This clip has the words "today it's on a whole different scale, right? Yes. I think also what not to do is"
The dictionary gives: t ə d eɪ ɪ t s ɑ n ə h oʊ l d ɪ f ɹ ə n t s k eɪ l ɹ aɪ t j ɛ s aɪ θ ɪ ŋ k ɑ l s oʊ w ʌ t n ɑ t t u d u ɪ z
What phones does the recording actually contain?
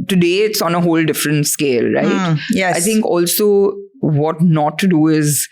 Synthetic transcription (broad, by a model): t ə d eɪ ɪ t s ɑ n ə h oʊ l d ɪ f ɹ ə n t s k eɪ l ɹ aɪ t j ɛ aɪ t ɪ ŋ k ɑ l s oʊ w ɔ t n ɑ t t u d u ɪ z